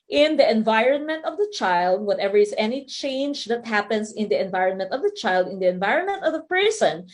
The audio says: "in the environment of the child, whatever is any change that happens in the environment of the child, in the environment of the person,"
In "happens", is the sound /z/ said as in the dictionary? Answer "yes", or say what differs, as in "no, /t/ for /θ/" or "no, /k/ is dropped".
no, /s/ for /z/